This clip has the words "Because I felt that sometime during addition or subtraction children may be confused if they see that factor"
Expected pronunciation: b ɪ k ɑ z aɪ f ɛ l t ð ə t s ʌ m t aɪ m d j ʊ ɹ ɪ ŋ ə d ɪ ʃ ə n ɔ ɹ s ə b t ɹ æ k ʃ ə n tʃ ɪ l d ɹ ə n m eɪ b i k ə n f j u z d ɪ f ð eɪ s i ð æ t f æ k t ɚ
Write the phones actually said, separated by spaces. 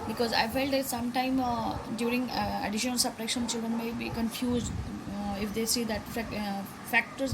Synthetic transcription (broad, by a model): b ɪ k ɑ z aɪ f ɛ l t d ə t s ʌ m t aɪ m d j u ɹ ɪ ŋ ə d ɪ ʃ ə n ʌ l s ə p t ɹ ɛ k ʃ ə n tʃ ɪ l d ɹ ə n m eɪ b i k ə n f j u z d ɪ f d eɪ s i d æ t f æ k t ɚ